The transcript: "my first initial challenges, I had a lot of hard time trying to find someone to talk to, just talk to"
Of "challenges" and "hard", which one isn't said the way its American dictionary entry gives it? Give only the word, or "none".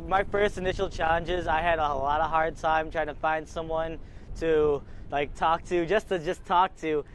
none